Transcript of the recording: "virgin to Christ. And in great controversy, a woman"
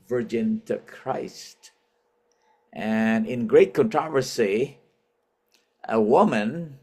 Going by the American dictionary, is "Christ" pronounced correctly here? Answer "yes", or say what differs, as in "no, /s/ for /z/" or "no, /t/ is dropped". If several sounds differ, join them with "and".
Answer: yes